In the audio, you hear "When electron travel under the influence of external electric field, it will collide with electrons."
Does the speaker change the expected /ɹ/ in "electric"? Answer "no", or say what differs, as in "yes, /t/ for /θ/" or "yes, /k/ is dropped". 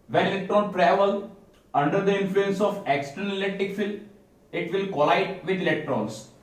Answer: yes, /ɹ/ is dropped